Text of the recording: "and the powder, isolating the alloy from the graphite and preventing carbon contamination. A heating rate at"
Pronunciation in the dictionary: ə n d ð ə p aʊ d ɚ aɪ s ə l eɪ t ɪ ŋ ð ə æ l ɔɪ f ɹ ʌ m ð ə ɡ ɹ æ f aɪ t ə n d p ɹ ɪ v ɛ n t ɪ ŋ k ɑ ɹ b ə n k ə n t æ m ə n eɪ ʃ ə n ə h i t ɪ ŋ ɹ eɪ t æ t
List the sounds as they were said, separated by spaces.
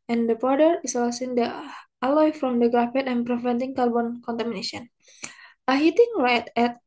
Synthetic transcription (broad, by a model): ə n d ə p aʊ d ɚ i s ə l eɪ s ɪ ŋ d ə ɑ l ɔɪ f ɹ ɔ m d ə ɡ ɹ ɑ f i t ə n p ɹ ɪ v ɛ n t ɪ ŋ k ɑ l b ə n k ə n t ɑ m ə n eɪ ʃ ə n ə h i t ɪ ŋ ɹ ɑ t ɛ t